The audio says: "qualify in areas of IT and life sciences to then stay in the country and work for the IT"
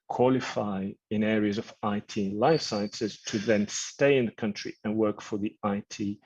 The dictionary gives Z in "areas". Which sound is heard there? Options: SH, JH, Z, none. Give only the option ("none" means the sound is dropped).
Z